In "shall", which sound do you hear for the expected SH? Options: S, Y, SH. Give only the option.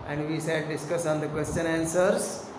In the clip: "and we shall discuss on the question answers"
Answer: S